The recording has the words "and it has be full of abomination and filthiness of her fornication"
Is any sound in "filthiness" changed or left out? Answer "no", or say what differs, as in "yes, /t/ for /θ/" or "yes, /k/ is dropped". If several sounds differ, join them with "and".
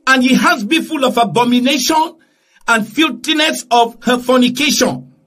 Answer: yes, /t/ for /θ/